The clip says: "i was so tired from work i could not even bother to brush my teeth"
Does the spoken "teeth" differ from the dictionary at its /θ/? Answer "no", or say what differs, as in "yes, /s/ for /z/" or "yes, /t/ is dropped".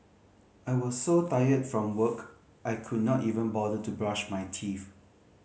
yes, /f/ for /θ/